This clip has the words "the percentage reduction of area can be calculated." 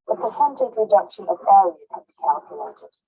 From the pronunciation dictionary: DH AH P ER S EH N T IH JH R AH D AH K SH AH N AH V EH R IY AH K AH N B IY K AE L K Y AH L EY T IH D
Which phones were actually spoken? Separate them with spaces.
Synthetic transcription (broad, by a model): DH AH P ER S EH N T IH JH R AH D AH K SH AH N AH V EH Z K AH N B IY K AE L K Y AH L EY T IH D